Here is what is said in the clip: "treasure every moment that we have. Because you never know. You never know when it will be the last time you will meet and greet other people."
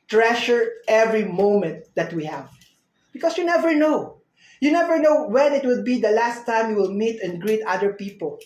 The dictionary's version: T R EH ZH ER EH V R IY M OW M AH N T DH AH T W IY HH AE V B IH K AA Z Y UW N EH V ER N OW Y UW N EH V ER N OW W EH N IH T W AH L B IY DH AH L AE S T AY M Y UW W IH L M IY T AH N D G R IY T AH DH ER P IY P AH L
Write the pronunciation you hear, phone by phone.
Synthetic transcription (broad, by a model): T R EH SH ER EH V R IY M OW M AH N T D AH T W IY HH AE V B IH K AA S Y UW N EH V ER N OW Y UW N EH V ER N OW W EH N IH T W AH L B IY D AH L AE S T AY M Y UW W IH L M IY T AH N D G R IY T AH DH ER P IY P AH L